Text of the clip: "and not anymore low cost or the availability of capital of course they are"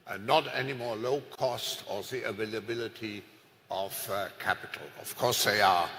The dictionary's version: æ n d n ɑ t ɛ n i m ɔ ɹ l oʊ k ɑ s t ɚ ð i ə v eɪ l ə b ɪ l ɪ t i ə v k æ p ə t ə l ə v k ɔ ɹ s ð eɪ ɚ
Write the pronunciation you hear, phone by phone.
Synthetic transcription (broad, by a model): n n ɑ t ɛ n i m ɔ ɹ l oʊ k ɑ s t ɚ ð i ə v eɪ l ə b ɪ l ɪ t i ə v k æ p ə t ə l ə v k ɔ ɹ s ð eɪ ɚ